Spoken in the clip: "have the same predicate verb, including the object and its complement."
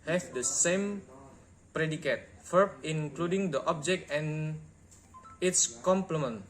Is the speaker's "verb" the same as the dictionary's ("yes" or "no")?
no